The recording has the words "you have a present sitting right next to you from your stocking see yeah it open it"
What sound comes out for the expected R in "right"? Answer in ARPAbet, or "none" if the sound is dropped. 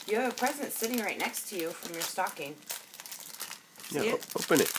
R